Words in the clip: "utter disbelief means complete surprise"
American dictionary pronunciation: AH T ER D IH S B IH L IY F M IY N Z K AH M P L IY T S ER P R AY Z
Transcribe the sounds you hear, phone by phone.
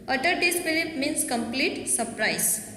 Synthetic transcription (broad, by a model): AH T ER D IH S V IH L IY P M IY N S K AH M P L IY T S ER P R AY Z